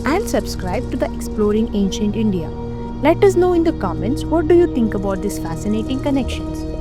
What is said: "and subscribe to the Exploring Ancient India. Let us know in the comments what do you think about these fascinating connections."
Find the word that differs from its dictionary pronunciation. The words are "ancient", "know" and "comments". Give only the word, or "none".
none